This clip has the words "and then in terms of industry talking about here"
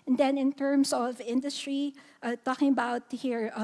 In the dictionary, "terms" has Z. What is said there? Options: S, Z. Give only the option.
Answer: S